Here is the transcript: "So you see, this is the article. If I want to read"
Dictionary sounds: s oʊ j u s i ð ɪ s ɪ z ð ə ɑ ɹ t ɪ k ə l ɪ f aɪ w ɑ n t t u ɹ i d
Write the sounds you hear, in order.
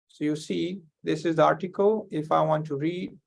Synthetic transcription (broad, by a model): s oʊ j u s i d ɪ s ɪ z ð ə ɑ ɹ t ɪ k ə l ɪ f aɪ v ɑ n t t u ɹ i d